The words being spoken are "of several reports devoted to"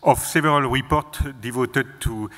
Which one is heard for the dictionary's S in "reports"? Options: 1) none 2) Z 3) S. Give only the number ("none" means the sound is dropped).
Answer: 1